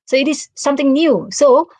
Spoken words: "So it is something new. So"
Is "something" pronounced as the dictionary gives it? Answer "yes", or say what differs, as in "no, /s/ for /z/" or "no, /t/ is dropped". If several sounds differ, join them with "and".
no, /t/ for /θ/